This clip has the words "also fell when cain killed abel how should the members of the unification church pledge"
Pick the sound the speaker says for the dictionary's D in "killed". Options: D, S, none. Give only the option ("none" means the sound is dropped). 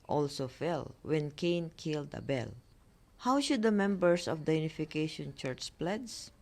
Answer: D